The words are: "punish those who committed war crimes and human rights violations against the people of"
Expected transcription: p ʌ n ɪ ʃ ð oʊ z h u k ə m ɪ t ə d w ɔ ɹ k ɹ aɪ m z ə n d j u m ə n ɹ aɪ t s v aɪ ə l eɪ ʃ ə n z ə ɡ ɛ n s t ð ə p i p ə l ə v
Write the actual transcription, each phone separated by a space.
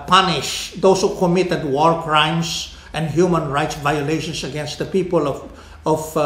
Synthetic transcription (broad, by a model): p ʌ n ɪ ʃ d oʊ s h u k ə m ɪ t ə d w ɔ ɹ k ɹ aɪ m s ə n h j u m ə n ɹ aɪ t s v aɪ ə l eɪ ʃ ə n s ə ɡ ɛ n s t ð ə p i p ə l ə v